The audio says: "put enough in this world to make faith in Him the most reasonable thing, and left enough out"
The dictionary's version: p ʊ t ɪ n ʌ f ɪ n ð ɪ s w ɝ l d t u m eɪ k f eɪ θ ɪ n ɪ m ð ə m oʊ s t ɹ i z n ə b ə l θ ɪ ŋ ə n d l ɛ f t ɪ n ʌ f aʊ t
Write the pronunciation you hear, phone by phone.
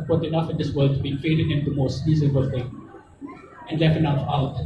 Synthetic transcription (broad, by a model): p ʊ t ɪ n ʌ f ɪ n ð ɪ s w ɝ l d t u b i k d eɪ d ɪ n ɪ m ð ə m oʊ s t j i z ə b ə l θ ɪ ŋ ə n d l ɛ f t ɪ n ʌ f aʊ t